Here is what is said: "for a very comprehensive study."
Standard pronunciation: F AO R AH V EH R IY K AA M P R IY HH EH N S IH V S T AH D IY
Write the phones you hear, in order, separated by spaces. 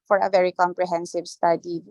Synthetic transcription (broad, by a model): F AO R AH V EH R IY K AA M P R IY HH EH N S IH V S T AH D IY